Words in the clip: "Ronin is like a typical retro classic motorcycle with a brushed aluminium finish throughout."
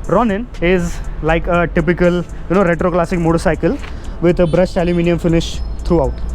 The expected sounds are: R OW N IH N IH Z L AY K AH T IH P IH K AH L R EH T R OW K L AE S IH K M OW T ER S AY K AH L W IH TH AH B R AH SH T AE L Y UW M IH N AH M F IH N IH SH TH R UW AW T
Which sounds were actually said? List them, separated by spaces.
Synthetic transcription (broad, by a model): R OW N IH N IH Z L AY K AH T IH P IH K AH L R EH T R OW K L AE S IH K M OW T ER S AY K AH L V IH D AH B R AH S T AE L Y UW M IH N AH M F IH N IH SH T R UW AW T